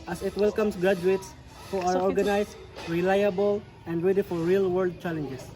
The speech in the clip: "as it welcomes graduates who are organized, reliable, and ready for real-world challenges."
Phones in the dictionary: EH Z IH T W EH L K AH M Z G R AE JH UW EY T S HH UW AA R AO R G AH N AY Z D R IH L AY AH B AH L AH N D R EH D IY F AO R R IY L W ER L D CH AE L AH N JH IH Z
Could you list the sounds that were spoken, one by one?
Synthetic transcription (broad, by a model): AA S IH T W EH L K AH M S G R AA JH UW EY T S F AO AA W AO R G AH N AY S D R IH L AY AH B AH L AH N D R EH D IY F AO R R IY L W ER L D CH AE L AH N JH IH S